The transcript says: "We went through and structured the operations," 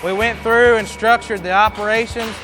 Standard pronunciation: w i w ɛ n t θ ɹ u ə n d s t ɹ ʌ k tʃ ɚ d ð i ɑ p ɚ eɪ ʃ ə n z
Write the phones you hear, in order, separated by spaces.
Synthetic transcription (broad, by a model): w i w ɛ n θ ɹ u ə n s t ɹ ʌ k tʃ ɚ d ð i ɑ p ɚ eɪ ʃ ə n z